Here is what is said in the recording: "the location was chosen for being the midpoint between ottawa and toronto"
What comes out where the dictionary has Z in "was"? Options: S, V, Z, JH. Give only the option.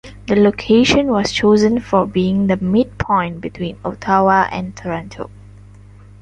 S